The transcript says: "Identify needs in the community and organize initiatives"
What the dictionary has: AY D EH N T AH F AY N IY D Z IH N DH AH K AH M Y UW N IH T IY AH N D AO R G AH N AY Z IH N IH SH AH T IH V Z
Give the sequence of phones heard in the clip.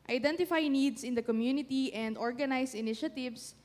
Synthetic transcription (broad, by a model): AY D EH N T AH F AY N IY D S IH N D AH K AH M Y UW N IH T IY AH N D AO R G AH N AY S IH N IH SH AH T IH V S